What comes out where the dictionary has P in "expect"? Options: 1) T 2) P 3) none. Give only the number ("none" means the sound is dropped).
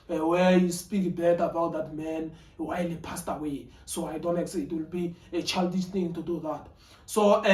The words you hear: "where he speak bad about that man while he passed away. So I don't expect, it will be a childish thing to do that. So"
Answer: 3